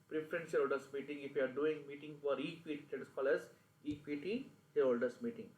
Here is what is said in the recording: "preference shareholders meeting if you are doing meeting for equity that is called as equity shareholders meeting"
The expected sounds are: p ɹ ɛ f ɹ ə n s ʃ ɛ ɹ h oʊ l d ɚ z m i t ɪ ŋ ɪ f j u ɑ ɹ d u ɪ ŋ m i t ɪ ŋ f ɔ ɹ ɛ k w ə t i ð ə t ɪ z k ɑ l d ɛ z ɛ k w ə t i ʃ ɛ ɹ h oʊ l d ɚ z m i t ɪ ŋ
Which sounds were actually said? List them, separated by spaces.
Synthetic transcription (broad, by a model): p ɹ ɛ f ɹ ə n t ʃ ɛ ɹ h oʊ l d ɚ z m i t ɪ ŋ ɪ f j u ɑ ɹ d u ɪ ŋ m i t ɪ ŋ f ɔ ɹ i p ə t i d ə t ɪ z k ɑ l ɛ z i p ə t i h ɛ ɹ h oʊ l d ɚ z m i t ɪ ŋ